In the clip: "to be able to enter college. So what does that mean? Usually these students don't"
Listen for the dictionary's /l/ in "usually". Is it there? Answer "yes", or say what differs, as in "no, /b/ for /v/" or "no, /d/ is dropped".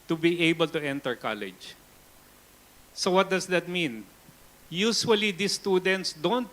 no, /w/ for /l/